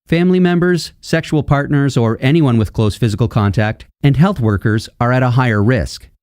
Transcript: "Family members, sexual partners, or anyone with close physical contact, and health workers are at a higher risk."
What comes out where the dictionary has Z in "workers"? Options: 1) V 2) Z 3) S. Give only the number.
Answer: 2